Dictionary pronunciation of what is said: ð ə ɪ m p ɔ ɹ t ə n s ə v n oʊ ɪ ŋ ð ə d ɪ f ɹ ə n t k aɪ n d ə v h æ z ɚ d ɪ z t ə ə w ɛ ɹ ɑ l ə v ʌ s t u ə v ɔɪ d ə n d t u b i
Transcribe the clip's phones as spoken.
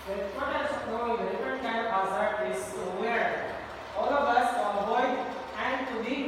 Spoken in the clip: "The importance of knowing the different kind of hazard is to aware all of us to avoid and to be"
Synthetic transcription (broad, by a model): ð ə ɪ p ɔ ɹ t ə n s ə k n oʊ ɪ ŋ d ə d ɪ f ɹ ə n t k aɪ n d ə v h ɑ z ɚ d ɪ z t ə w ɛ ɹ ɑ l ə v ʌ s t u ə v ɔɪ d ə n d t u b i